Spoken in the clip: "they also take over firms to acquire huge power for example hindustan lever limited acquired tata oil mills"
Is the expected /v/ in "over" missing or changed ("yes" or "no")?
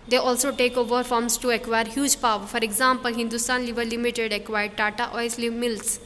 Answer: no